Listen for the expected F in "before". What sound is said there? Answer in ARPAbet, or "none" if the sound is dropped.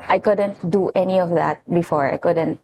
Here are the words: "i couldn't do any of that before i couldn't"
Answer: F